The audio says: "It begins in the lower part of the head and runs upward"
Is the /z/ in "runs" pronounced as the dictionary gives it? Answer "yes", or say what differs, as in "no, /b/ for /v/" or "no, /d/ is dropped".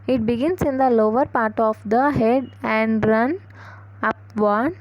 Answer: no, /z/ is dropped